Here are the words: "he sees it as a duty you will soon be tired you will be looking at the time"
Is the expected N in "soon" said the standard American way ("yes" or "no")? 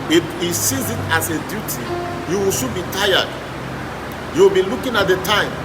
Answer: no